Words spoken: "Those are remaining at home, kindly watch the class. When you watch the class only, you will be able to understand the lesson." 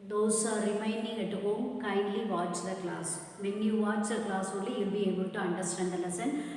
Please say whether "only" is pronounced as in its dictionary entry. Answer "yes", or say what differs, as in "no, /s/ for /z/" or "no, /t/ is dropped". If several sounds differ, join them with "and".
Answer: no, /n/ is dropped